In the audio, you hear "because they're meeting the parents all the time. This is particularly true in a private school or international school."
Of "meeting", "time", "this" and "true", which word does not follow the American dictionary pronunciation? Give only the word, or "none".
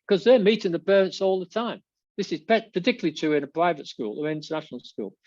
true